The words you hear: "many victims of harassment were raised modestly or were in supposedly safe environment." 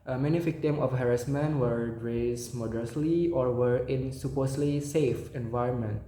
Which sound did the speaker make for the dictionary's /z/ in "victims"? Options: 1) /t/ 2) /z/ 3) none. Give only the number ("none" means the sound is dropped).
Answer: 3